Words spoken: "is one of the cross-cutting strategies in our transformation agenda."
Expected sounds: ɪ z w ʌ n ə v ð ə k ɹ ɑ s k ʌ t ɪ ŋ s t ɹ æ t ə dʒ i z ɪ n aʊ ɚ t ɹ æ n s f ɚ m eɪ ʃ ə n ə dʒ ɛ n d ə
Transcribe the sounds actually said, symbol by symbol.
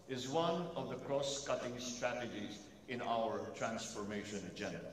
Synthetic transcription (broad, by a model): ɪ z w ʌ n ə v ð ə k ɹ ɑ s k ʌ t ɪ ŋ s t ɹ æ t ə dʒ i z ɪ n aʊ ɚ t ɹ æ n s f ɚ m eɪ ʃ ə n dʒ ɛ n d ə